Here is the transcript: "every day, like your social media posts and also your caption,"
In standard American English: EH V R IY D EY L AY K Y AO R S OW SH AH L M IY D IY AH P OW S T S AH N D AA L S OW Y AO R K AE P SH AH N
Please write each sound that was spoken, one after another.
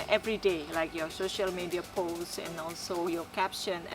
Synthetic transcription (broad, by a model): EH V R IY D EY L AY K Y AO S OW SH AH L M IY D IY AH P OW S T AH N AA L S OW Y AO K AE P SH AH N